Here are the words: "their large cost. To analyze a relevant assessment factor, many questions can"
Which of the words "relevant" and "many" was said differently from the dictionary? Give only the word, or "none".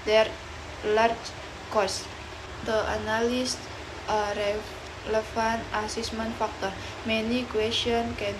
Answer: relevant